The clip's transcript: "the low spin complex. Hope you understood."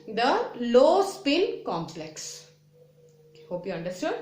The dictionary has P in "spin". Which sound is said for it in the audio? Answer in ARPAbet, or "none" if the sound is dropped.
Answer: P